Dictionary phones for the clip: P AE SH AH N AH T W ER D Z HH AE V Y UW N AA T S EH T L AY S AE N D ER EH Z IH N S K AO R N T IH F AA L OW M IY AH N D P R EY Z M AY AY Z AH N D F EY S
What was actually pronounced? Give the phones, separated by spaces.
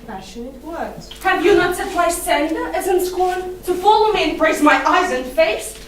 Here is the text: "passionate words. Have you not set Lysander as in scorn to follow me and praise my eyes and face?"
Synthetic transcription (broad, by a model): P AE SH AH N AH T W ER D HH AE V Y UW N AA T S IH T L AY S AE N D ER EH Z IH N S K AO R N T IH F AA L OW M IY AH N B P R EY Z M AY AY Z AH N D F EY S